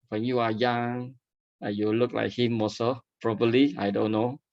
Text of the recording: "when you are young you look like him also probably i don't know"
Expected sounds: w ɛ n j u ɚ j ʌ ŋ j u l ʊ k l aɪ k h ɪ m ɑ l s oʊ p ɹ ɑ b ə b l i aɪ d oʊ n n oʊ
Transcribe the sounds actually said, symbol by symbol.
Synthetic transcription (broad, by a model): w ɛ n j u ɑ j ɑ ŋ j u l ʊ k l aɪ k h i m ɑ s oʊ p ɹ ɑ b ə b l i aɪ d oʊ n n oʊ